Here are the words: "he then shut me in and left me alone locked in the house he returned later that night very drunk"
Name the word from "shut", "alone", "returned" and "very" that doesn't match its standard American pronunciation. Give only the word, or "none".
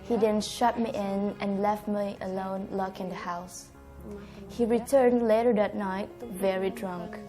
none